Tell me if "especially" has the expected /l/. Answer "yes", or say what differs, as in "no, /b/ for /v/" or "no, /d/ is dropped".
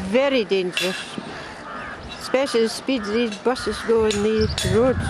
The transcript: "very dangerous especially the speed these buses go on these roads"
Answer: no, /l/ is dropped